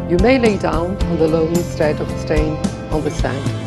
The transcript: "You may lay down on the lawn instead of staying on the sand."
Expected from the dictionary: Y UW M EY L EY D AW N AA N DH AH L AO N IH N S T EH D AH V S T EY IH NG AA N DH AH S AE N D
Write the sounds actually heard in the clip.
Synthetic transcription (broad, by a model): Y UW M EY L EY D AW N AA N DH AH L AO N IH S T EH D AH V S T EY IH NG AA N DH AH S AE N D